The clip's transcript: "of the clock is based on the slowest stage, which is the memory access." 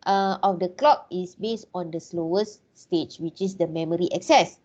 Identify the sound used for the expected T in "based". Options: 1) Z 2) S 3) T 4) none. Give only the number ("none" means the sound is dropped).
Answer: 3